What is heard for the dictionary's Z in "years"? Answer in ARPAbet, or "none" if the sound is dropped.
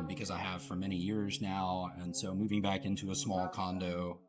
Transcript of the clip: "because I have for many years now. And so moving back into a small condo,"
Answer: Z